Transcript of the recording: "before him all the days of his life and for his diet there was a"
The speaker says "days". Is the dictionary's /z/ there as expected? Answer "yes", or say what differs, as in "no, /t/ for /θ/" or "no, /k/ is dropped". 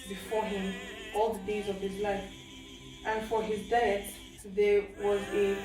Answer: yes